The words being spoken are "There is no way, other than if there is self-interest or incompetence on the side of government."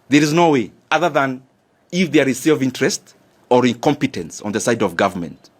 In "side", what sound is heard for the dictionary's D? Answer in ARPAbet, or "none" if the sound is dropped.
D